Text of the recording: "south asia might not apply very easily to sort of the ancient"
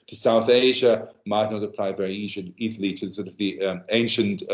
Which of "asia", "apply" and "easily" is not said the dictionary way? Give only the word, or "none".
none